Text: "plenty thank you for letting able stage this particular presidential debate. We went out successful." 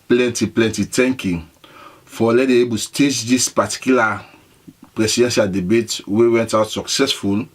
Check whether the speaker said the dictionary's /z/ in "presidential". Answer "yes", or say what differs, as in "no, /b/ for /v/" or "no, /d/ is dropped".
no, /s/ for /z/